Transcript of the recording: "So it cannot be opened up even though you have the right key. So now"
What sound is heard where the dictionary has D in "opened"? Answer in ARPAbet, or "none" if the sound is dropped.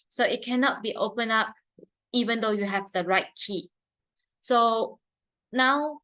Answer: none